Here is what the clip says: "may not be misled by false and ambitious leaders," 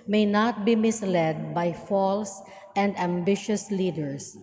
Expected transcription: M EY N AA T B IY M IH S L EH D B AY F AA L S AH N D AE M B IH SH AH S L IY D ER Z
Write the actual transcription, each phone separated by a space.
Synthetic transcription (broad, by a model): M EY N AA T B IY M IH S L EH D B AY F AA L S AH N D AE M B IH SH AH S L IY D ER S